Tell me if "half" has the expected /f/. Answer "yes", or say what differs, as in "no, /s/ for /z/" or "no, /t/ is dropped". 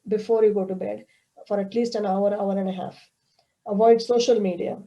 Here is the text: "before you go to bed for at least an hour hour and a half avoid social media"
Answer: yes